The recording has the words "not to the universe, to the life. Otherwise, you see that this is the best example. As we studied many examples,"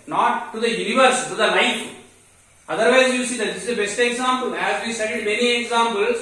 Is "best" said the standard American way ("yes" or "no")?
yes